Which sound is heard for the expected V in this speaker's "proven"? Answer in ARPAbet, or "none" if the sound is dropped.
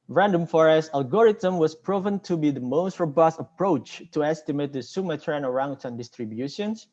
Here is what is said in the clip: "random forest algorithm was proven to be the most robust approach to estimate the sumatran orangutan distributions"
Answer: V